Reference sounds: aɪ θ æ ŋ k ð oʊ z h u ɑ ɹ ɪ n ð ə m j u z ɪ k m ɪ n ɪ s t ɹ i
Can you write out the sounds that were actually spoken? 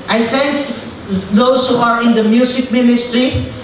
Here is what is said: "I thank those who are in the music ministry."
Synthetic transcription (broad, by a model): aɪ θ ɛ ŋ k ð oʊ s h u ɑ ɹ ɪ n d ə m j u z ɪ k m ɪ n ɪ s t ɹ i